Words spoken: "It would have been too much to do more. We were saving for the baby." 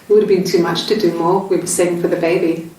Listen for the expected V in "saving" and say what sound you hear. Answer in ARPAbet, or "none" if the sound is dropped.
none